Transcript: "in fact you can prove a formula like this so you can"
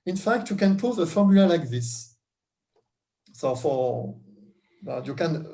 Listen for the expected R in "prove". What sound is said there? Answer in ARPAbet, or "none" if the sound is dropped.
none